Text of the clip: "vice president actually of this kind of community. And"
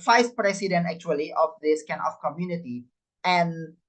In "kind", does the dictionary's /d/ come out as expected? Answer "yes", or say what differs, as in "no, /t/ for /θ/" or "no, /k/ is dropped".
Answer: no, /d/ is dropped